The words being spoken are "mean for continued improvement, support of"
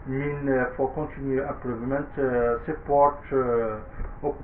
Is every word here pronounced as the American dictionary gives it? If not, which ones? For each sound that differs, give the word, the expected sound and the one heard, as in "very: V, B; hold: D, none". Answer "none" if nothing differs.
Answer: continued: D, none; improvement: M, none